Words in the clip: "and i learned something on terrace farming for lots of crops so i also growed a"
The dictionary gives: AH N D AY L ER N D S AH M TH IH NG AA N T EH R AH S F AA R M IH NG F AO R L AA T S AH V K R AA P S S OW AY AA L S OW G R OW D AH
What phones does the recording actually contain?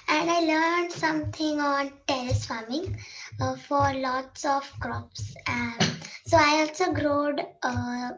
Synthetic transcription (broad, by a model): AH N D AY L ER N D S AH M T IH NG AA N T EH L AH S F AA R M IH NG F AO R L AA T S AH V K R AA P S S OW AY AA L S OW G R OW D